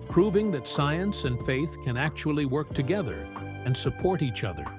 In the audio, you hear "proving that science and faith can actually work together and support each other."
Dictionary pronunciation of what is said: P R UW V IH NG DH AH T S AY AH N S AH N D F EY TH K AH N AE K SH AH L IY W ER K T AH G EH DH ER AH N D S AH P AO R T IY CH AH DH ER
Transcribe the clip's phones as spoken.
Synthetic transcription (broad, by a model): P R UW V IH NG DH AH T S AY AH N S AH N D F EY TH K AH N AE K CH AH L IY W ER K T AH G EH DH ER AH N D S AH P AO R T IY CH AH DH ER